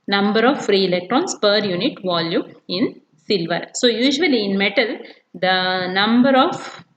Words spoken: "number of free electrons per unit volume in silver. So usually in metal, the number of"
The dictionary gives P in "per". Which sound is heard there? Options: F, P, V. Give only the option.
P